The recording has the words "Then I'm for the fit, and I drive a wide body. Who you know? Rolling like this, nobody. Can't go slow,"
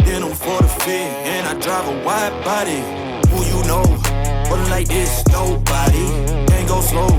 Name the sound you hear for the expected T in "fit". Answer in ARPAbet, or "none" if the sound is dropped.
none